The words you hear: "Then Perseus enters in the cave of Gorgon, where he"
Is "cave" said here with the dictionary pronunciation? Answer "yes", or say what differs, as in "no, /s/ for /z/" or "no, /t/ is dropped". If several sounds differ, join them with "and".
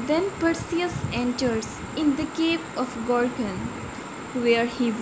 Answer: no, /p/ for /v/